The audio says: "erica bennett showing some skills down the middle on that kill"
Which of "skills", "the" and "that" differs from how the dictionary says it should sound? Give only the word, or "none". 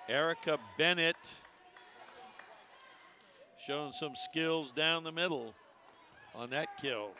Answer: none